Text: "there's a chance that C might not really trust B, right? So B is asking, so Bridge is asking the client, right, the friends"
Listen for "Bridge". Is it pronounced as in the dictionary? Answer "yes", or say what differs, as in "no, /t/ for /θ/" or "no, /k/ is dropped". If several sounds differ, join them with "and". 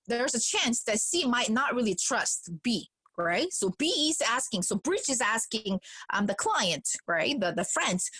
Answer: no, /tʃ/ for /dʒ/